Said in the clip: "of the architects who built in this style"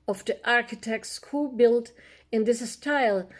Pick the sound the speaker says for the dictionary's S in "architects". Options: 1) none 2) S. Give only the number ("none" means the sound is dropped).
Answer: 2